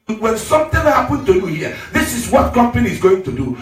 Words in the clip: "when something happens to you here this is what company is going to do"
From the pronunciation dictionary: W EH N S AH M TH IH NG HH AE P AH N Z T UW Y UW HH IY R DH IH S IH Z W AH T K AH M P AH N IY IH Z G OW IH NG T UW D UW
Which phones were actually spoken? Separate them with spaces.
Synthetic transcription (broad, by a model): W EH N S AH M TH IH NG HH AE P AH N T UW Y UW HH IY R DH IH S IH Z W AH T K AH M P AH N IY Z G OW IH NG T UW D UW